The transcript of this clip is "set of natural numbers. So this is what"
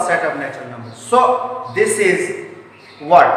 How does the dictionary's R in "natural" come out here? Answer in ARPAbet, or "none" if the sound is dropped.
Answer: none